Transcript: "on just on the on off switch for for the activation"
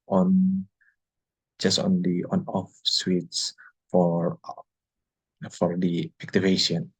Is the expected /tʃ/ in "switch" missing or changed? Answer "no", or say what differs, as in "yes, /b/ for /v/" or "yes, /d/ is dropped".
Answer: yes, /s/ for /tʃ/